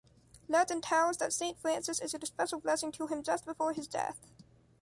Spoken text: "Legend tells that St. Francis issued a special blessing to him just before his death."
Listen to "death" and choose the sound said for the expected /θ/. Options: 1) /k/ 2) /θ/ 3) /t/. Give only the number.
2